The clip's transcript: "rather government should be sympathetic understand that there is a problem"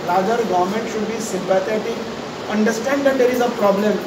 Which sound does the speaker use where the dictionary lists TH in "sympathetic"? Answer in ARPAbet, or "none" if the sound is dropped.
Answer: T